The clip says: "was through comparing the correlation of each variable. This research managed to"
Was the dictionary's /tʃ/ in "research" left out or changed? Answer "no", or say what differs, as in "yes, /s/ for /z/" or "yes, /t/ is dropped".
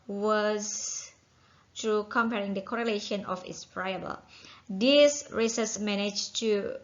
yes, /s/ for /tʃ/